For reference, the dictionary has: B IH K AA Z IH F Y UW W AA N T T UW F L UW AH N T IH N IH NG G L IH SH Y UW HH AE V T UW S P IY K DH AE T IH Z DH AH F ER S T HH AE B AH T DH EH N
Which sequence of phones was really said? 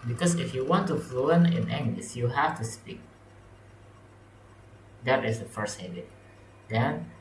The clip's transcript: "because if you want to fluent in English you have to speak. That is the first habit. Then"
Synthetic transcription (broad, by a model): B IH K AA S IH F Y UW W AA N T T UW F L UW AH N IH N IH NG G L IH S Y UW HH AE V T UW S P IY K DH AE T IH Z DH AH F ER S T HH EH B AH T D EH N